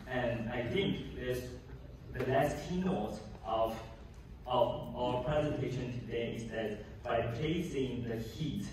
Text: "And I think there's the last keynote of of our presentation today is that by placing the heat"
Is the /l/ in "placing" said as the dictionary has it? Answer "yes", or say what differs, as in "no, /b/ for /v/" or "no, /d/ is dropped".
no, /l/ is dropped